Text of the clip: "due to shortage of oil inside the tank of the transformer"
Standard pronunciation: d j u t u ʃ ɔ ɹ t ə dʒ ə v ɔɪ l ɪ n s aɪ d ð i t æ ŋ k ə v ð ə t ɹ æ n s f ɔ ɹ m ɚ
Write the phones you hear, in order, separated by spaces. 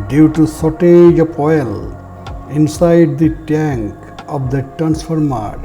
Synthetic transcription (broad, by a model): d j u t u s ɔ t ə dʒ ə p ɔɪ l ɪ n s aɪ d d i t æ ŋ k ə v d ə t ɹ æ n s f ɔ ɹ m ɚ